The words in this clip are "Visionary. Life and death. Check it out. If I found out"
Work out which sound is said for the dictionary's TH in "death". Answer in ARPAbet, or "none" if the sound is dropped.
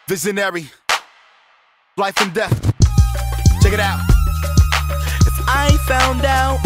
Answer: TH